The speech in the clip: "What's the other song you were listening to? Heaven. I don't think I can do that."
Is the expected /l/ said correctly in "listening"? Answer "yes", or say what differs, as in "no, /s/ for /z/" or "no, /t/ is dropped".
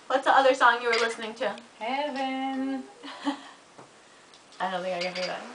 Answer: yes